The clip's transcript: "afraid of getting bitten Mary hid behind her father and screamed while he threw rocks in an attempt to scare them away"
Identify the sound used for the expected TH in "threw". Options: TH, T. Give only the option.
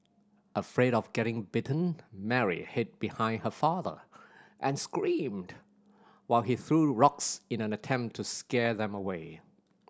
TH